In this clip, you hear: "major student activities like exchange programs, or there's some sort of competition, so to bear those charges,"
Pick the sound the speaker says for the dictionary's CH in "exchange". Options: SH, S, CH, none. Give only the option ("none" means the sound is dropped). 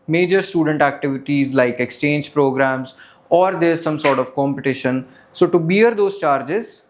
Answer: CH